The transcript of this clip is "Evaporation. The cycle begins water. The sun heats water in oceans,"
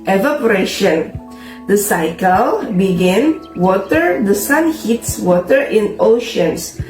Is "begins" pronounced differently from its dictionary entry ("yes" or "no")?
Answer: yes